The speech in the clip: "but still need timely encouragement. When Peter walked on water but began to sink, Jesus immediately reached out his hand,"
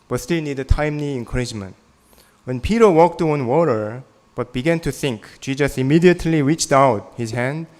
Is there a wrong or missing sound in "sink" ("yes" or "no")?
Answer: yes